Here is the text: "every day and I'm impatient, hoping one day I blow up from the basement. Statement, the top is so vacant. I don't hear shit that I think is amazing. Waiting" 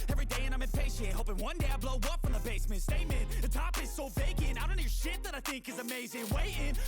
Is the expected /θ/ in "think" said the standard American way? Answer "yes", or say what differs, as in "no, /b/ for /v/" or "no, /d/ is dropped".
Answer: yes